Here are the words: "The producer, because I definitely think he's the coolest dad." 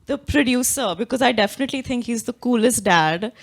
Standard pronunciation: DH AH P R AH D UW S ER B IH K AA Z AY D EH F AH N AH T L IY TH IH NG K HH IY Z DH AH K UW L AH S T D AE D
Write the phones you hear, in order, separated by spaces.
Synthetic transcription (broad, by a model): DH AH P R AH D UW S ER B IH K AA Z AY D EH F AH N AH T L IY T IH NG K HH IY Z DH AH K UW L AH S T D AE D